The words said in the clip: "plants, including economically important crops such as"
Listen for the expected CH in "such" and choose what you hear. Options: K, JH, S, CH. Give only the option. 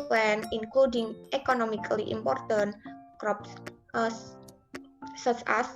S